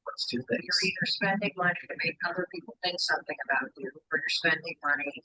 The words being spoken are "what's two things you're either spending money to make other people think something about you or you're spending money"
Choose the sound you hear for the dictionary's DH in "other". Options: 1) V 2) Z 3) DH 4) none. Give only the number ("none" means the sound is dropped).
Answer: 4